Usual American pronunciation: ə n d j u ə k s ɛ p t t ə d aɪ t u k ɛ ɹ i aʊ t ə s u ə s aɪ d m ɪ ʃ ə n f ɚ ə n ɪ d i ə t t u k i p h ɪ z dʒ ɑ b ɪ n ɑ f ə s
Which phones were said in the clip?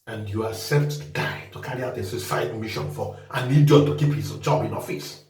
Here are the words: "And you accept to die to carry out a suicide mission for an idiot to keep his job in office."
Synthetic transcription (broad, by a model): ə n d j u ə s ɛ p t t d aɪ t u k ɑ ɹ i aʊ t ə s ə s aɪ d m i ʃ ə n f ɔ ə n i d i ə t t u k i p h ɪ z dʒ ɑ b ɪ n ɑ f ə s